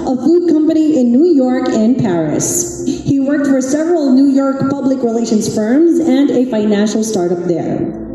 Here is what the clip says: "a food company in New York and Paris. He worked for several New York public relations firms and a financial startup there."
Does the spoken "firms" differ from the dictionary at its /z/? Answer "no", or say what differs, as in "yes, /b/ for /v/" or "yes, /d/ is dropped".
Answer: no